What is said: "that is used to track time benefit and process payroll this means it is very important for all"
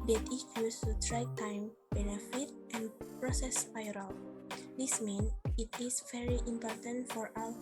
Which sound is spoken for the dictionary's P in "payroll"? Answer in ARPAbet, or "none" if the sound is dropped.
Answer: F